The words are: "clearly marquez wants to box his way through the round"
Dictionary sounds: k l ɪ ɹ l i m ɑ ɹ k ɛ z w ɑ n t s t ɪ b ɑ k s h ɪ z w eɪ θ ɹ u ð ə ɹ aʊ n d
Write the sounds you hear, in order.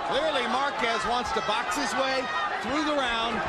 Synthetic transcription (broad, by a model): k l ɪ ɹ l i m ɑ ɹ k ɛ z w ɑ n t s t ɪ b ɑ k s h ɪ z w eɪ θ ɹ u ð ə ɹ aʊ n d